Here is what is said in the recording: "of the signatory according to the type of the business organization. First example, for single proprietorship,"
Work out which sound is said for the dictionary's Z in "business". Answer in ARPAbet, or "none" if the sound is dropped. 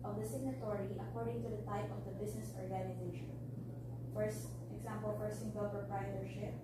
S